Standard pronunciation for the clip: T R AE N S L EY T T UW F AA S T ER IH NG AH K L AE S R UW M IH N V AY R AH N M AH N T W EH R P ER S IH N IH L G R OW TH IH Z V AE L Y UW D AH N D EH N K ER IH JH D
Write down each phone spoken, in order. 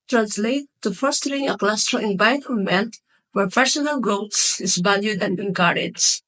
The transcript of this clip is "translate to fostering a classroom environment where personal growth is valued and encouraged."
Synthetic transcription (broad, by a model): T R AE N S L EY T T UW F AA S T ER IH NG AH K L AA S R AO IH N B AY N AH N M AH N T W EH R P ER S IH N IH L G R OW S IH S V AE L Y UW D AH N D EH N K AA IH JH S